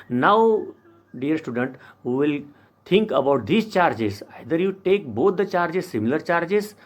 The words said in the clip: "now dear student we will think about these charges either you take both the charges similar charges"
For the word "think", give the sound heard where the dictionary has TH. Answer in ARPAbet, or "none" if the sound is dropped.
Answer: T